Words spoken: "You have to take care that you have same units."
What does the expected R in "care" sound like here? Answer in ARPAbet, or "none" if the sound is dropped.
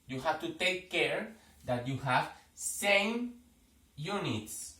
R